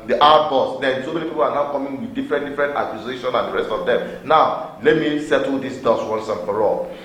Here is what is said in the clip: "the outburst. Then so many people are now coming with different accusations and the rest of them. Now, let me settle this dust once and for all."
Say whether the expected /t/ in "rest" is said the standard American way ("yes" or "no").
yes